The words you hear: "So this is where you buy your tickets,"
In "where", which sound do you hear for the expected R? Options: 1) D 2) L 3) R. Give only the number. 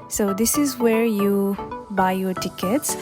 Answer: 3